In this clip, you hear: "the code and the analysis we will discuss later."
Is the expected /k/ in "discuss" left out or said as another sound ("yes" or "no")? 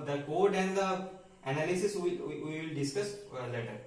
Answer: no